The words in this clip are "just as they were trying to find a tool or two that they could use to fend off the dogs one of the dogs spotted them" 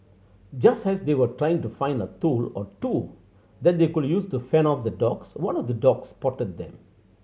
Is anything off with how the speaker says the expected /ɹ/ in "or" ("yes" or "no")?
no